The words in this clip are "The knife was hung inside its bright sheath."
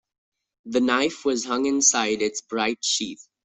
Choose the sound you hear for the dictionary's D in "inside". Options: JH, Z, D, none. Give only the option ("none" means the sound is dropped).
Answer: D